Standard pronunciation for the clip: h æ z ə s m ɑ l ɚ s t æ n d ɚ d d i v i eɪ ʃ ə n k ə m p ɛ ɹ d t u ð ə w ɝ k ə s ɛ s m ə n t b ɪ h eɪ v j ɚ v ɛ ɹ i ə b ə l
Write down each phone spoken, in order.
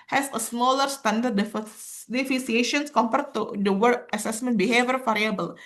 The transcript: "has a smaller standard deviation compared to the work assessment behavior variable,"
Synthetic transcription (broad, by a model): h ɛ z ə s m ɑ l ɚ s t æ n d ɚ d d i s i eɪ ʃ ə n k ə m p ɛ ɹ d t u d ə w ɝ ə s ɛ s m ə n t b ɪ h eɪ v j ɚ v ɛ ɹ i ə b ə l